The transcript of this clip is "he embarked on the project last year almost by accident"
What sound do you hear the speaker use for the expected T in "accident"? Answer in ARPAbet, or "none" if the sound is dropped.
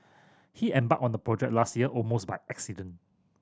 none